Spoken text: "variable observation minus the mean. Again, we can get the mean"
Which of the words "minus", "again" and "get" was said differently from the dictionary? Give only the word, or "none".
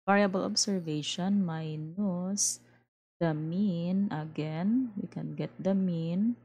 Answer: none